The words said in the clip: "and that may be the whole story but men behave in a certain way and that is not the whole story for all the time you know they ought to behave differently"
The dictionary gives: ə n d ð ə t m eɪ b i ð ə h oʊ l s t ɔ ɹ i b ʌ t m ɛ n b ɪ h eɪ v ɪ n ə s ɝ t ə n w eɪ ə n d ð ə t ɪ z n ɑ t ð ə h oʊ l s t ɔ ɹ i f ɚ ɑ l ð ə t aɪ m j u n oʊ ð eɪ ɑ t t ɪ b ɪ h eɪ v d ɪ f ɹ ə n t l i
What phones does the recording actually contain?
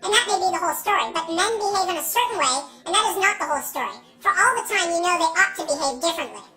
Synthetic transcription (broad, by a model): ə n ð ə t m eɪ b i ð ə h oʊ l s t ɔ ɹ i b ʌ t m ɛ n b ɪ h eɪ v ɪ n ə s ɝ t n w eɪ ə n ð ə t ɪ z n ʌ t ð ə h oʊ l s t ɔ ɹ i f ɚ ɑ l ð ə t aɪ m j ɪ n oʊ ð eɪ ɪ t t ɪ b ɪ h eɪ v d ɪ f ɹ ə n t l i